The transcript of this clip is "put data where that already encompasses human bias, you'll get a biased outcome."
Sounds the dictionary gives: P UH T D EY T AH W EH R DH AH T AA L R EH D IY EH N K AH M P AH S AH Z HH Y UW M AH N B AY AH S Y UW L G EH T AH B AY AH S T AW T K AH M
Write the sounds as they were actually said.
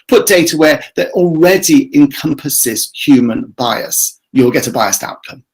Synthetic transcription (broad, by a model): P UH T D EY T AH W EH DH AH T AA L R EH D IY EH N K AH M P AH S AH Z HH Y UW M AH N B AY AH S Y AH L G EH T AH B AY AH S T AW T K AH M